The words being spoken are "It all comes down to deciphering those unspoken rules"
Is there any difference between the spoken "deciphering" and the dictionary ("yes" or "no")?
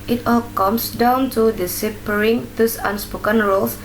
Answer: yes